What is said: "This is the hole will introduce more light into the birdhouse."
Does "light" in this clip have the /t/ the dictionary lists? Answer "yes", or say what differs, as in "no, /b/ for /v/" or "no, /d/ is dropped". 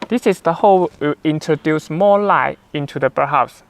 no, /t/ is dropped